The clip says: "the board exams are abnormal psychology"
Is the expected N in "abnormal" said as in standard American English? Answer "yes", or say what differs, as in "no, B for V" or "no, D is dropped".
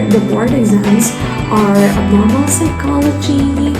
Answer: no, N is dropped